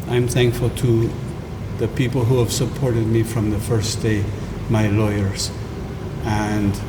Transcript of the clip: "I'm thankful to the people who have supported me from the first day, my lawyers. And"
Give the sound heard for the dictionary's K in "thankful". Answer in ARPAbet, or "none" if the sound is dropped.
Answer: K